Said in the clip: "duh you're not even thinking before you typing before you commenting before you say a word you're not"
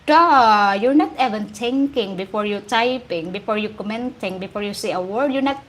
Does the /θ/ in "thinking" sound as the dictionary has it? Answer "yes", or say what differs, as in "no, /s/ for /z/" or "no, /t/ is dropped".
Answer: no, /t/ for /θ/